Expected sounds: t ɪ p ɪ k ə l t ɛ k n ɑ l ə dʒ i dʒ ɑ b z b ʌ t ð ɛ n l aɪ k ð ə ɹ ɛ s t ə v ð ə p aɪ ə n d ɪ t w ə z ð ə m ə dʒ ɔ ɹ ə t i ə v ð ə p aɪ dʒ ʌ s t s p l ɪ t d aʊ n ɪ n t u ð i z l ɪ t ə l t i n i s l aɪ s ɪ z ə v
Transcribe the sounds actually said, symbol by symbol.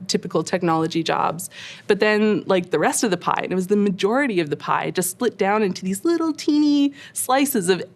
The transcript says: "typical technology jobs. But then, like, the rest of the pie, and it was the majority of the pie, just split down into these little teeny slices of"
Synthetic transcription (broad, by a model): t ɪ p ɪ k l t ɛ k n ɑ l ə dʒ i dʒ ɑ b z b ʌ t ð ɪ n l aɪ k ð ə ɹ ɛ s t ə v ð ə p aɪ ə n ɪ t w ə z ð ə m ə dʒ ɔ ɹ ə t i ə v ð ə p aɪ dʒ ʌ s t s p l ɪ t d aʊ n ɪ n t u ð i z l ɪ t l t i n i s l aɪ s ɪ z ə v